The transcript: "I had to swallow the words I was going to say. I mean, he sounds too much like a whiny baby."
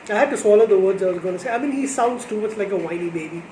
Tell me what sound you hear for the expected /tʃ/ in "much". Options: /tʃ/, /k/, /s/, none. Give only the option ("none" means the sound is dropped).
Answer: /s/